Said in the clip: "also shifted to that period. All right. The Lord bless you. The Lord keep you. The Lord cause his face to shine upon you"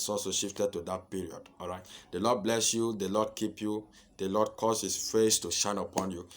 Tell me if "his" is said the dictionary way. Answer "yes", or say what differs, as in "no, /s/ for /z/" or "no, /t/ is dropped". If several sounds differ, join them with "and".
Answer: no, /s/ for /z/